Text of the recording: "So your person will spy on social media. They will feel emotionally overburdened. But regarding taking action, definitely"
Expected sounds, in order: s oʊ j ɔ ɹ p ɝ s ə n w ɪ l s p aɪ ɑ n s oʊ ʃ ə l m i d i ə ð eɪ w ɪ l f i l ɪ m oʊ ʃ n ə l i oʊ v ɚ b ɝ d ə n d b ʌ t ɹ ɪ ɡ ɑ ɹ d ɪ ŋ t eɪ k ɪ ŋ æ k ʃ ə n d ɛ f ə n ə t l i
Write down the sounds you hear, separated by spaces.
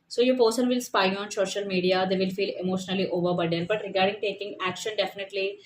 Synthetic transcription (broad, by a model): s oʊ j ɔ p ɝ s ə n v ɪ l s p aɪ ɑ n s oʊ ʃ ə l m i d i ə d eɪ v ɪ l f i l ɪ m oʊ ʃ n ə l i oʊ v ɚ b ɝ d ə d b ʌ t ɹ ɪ ɡ ɑ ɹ d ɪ ŋ t eɪ k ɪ ŋ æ k ʃ ə n d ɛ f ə n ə t l i